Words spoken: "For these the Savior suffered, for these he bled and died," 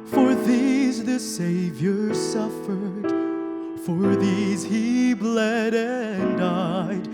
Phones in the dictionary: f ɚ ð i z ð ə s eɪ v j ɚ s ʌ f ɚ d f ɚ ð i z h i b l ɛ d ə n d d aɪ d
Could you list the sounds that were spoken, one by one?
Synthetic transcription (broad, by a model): f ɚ ð i z ð ə s eɪ v j ɚ s ʌ f ɚ d f ɚ ð i z h i b l ɛ d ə n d d aɪ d